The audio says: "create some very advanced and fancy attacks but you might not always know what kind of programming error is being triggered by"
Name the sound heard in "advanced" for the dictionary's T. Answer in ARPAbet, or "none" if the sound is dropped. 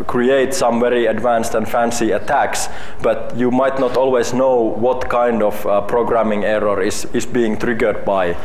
T